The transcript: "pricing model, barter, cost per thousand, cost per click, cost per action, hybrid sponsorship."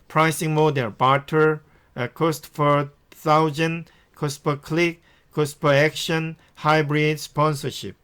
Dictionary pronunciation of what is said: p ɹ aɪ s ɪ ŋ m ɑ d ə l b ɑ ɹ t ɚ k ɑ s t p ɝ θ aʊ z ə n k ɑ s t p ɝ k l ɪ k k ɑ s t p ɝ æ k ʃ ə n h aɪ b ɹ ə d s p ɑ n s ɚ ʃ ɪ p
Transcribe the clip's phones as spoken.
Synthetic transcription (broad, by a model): p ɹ aɪ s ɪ ŋ m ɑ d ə n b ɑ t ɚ k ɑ s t f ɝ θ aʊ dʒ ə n k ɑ s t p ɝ k l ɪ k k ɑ s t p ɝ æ k ʃ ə n h aɪ b ɹ ə d s p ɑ n s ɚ ʃ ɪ p